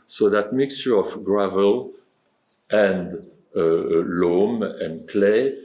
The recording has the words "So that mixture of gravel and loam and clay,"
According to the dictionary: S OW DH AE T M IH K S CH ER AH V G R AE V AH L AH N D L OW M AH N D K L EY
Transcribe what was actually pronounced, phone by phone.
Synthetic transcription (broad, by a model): S OW DH AE T M IH K S CH ER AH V G R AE V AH L AH N D L OW M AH N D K L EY